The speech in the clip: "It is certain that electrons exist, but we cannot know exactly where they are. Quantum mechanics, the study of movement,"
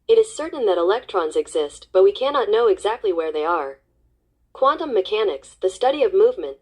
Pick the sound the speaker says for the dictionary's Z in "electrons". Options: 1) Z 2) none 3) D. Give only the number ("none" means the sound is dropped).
1